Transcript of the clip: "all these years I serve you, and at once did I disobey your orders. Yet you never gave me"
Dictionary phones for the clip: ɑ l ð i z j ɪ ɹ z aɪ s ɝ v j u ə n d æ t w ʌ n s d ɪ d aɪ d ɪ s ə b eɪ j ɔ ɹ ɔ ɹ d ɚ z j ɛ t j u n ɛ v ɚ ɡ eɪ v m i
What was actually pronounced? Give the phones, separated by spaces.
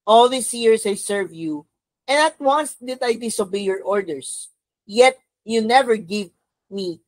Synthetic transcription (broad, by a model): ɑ l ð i s j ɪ ɹ s aɪ s ɝ v j u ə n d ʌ t w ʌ n s d ɪ d aɪ d ɪ s ə b eɪ j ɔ ɹ ɔ ɹ d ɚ s j ɛ t j u n ɛ v ɚ ɡ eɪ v m i